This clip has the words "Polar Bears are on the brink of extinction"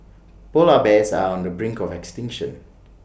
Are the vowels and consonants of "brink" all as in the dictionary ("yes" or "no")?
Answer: yes